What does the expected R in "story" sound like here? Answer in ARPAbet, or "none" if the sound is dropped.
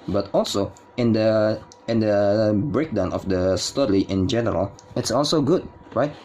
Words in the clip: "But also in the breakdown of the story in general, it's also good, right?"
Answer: L